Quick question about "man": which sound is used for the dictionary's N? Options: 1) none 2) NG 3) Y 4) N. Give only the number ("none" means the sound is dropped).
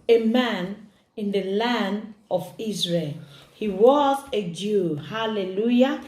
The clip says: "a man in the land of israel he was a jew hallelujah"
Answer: 4